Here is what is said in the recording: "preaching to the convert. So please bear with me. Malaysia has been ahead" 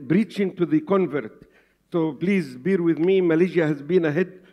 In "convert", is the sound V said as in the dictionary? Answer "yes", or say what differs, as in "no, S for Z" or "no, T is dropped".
yes